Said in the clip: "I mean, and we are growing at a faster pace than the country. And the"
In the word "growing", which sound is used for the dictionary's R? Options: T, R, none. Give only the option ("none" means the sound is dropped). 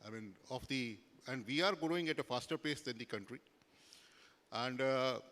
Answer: none